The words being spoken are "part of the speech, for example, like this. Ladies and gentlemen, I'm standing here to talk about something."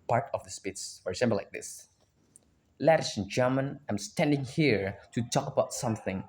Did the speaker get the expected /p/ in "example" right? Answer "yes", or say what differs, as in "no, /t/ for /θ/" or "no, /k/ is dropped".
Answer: no, /b/ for /p/